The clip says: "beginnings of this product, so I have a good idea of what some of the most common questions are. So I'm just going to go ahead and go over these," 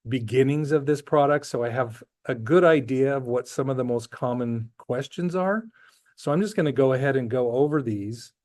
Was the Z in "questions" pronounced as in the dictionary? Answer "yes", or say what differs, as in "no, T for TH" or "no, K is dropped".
yes